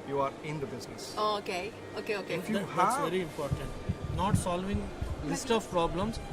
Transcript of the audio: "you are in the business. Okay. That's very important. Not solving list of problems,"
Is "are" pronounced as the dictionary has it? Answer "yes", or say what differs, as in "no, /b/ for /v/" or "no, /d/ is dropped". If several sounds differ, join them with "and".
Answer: yes